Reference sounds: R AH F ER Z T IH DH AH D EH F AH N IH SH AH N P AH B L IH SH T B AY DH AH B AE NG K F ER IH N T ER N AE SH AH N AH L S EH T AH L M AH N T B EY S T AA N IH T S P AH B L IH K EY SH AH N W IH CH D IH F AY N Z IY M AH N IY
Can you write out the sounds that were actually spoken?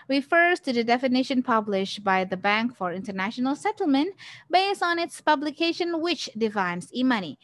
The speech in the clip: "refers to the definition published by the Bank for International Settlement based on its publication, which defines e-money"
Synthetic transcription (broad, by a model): R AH F ER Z T IH DH AH D EH F AH N IH SH AH N P AH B L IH SH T B AY DH AH B AE NG K F ER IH N T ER N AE SH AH N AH L S EH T L M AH N T B EY S T N IH T S P AH B L IH K EY SH AH N W IH CH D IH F AY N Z IY M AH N IY